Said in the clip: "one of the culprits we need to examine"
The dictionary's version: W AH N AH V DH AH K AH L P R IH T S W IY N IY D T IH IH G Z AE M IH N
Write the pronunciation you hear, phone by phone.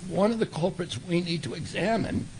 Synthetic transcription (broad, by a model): W AH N AH V DH AH K AH L P R IH T S W IY N IY D T IH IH G Z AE M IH N